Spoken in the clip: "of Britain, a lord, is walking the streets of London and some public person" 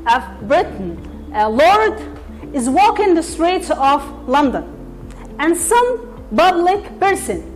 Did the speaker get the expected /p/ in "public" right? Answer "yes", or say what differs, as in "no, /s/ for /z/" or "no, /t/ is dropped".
no, /b/ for /p/